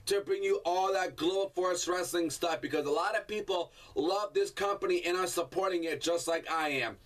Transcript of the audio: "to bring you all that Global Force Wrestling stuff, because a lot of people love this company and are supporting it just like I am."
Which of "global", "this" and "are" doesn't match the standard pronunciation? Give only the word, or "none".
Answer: global